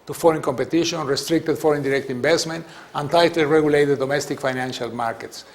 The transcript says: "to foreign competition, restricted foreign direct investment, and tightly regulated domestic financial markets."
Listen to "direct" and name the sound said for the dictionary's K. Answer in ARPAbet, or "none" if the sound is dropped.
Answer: K